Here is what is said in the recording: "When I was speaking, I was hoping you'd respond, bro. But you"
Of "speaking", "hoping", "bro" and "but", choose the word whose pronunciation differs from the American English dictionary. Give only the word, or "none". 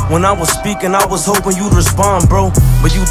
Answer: none